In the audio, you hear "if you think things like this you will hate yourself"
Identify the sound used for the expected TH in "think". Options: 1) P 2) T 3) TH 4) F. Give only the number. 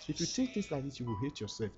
2